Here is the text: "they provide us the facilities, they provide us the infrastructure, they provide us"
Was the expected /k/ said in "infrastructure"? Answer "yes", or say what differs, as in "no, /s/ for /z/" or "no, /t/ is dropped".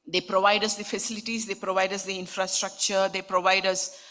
yes